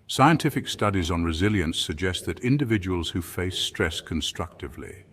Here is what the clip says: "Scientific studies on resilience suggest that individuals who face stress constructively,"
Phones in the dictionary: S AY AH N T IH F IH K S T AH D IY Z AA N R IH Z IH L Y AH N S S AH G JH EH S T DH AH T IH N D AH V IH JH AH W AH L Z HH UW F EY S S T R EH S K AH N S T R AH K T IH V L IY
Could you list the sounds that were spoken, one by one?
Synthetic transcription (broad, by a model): S AY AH N T IH F IH K S T AH D IY Z N R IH Z IH L Y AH N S S AH G JH EH S T DH AH T IH N D AH V IH JH AH W AH L Z HH UW F EY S S T R EH S K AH N S T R AH K T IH V L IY